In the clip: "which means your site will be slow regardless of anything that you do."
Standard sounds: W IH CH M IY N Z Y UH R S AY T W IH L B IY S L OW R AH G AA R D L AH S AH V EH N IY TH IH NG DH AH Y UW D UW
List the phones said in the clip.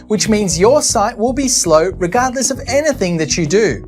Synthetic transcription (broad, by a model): W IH CH M IY N Z Y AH R S AY T W IH L B IY S L OW R AH G AA R D L AH S AH V EH N IY TH IH NG DH AH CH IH D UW